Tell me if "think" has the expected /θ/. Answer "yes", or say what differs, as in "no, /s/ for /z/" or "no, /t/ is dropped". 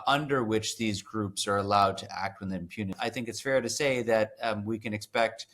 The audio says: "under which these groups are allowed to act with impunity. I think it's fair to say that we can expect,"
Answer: yes